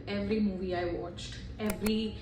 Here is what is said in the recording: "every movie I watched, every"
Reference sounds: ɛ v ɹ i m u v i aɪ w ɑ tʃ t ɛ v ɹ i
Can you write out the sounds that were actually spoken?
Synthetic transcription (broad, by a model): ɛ v ɹ i m u v i aɪ w ɑ tʃ t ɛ v ɹ i